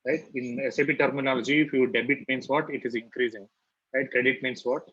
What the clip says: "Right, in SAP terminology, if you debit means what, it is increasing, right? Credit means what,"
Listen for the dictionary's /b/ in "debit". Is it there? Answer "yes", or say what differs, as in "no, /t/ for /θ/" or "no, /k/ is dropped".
yes